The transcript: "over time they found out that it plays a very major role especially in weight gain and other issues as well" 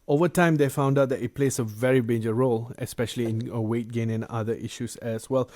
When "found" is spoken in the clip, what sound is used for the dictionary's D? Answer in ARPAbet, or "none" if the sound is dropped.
D